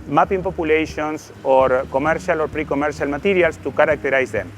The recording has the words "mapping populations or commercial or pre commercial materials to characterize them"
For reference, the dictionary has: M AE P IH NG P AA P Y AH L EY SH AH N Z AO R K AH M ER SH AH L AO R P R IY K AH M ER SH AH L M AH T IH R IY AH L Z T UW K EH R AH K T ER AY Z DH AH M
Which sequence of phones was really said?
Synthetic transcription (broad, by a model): M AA P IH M P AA P Y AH L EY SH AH N S AO R K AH M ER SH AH L AO R P R IY K AH M ER SH AH L M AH T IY R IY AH L S T UW K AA R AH K T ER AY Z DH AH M